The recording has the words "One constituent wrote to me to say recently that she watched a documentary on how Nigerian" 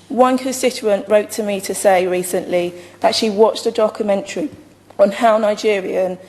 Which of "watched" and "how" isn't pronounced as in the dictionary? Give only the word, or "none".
none